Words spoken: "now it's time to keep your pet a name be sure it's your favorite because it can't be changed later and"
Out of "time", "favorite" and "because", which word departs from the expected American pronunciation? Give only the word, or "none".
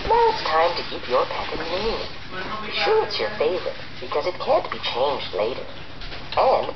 favorite